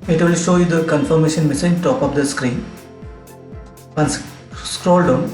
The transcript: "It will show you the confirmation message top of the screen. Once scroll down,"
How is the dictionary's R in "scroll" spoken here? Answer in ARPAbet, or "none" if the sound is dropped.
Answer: R